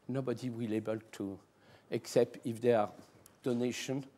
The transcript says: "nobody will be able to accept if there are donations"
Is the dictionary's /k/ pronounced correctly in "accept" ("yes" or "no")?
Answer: yes